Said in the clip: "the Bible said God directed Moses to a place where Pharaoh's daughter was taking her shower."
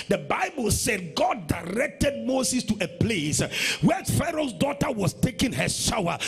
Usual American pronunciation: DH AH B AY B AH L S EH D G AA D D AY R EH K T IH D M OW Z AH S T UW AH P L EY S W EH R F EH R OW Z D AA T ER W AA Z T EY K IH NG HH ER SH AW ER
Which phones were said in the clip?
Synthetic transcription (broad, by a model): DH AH B AY B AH L S EH D G AA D D AY R EH K T IH D M OW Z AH S T UW AH P L EY S W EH F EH R OW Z D AA T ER W AA S T EY K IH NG HH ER SH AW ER